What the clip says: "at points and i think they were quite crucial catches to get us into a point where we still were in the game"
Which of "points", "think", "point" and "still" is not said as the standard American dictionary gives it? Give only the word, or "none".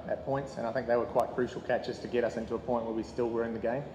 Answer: none